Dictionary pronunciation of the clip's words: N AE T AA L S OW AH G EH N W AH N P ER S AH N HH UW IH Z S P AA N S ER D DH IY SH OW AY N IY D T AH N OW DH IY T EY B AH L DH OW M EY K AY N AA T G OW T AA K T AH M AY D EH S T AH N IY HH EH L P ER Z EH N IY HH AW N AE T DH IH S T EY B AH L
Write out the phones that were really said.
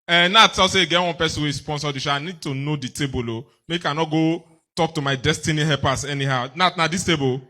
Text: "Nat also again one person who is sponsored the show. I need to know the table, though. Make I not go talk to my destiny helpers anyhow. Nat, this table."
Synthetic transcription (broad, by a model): N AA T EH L S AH G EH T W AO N P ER S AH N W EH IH S P AA N S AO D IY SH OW AY N IY D T AH N OW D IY T EY B AH L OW M EY K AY N AA T G OW T AA K T AH M AY D EH S T AH N IY HH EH P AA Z EH N IY HH AW N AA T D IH S T EY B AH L